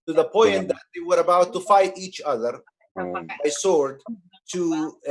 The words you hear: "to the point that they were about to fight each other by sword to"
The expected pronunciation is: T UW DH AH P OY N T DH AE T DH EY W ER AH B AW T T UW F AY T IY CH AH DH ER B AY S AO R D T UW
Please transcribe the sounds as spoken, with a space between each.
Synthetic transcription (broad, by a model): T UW DH AH P OY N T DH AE T DH EY W ER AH B AW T T UW F AY T IY CH AH DH ER B AY S AO R D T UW